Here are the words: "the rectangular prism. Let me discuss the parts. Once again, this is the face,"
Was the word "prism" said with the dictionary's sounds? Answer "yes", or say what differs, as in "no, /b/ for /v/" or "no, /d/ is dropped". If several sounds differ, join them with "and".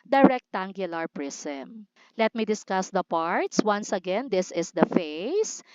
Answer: no, /s/ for /z/